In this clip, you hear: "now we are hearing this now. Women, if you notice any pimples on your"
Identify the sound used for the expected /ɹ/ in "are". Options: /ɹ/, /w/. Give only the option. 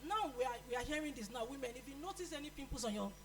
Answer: /w/